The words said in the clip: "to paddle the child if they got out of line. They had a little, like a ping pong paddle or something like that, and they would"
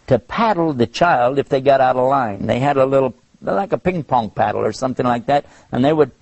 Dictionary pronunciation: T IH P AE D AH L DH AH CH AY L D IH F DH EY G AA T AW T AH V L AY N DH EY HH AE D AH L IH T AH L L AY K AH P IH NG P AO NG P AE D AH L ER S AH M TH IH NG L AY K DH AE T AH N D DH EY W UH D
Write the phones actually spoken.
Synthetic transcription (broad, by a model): T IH P AE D L DH AH CH AY L D IH F DH EY G AA T AW T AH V L AY N DH EY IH D AH L IH T L L AY K AH P IH NG P AO NG P AE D L ER S AH M TH IH NG L AY K DH AE T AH N DH EY W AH D